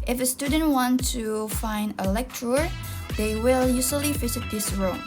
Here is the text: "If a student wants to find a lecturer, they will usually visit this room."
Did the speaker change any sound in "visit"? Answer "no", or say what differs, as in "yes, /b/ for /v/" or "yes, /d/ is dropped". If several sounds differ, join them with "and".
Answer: yes, /f/ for /v/